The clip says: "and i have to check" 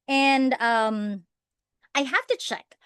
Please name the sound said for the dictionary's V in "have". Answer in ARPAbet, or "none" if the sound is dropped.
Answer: F